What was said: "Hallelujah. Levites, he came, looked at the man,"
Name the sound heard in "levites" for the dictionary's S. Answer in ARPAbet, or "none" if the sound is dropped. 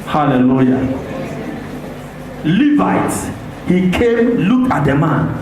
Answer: none